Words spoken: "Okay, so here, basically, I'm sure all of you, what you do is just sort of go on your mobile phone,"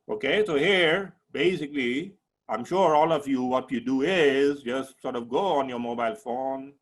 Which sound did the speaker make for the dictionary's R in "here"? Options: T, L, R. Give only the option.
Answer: R